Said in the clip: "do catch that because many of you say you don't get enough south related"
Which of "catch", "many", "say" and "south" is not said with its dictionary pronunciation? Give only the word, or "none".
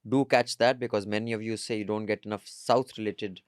south